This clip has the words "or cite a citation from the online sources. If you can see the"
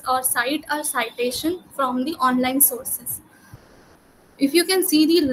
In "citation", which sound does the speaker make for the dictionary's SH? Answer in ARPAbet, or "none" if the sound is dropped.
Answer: SH